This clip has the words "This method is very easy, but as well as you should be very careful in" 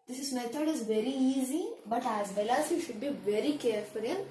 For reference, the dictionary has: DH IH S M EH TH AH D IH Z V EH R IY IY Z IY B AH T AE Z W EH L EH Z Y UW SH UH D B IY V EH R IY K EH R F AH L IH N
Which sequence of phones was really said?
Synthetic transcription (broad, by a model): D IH S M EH T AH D IH Z V EH R IY IY Z IY B AH T AE Z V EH L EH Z Y UW SH UH D B IY V EH R IY K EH R F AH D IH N